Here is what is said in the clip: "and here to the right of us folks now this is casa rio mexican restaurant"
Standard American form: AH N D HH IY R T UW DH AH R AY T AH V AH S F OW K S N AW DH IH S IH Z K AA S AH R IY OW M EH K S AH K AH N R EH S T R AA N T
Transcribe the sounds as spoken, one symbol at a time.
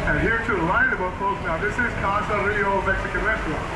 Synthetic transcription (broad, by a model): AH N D HH IY R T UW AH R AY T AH B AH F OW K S N AW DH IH S IH Z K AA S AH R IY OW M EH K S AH K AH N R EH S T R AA